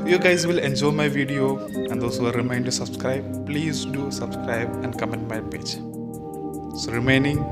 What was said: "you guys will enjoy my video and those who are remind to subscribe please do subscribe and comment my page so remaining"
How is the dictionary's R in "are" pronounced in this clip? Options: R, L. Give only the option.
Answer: L